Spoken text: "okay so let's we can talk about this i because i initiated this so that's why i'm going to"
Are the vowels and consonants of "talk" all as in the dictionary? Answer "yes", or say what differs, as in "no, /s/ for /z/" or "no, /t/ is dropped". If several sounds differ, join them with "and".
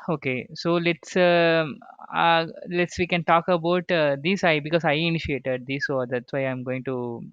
yes